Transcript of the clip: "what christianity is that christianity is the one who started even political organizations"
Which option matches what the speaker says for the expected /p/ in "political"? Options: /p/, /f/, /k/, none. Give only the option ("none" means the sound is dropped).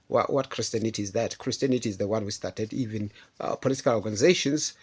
/p/